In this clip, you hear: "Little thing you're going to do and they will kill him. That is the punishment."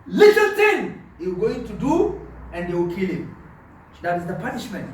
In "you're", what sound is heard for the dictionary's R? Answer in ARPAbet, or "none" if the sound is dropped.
W